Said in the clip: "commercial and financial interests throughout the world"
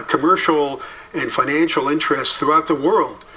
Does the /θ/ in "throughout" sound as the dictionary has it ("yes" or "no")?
yes